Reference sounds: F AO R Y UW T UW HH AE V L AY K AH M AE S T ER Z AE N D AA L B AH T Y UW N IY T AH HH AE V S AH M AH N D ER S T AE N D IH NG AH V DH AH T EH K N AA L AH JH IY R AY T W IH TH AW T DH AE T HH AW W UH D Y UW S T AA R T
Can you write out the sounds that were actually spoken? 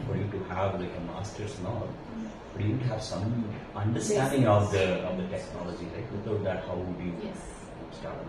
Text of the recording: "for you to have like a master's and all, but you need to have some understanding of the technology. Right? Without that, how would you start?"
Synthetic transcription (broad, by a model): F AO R Y UW T UW HH AE V L AY K AH M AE S T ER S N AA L B AH T Y UW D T HH AE V S AH M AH N D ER S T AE N D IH NG AH V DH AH T EH K N AA L AH JH IY L AY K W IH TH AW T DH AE T HH AW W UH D Y UW S T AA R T